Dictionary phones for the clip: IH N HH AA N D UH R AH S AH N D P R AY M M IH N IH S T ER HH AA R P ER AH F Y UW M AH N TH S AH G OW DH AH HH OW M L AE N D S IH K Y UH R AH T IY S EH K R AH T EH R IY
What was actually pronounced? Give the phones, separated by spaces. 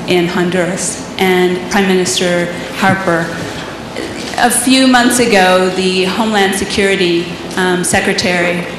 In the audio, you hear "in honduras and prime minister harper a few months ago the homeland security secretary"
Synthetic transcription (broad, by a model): IH N HH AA N D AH R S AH N P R AY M M IH N IH S T ER HH AA R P ER AH F Y UW M AH N TH S AH G OW DH AH HH OW M L AE N D S IH K Y UH R AH T IY S EH K R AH T EH R IY